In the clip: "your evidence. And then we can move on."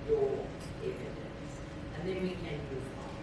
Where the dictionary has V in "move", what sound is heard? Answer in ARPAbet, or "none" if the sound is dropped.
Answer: none